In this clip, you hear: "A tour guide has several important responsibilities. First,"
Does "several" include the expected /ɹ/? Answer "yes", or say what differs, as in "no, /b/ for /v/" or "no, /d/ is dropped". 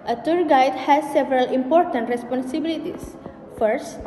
yes